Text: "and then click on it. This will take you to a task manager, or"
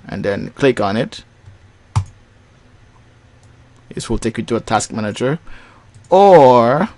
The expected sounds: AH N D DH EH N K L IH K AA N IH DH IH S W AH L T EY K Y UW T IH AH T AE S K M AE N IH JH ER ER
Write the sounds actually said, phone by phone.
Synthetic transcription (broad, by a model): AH N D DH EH N K L IH K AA N IH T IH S W AH L T EY K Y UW T IH AH T AE S K M AE N IH JH ER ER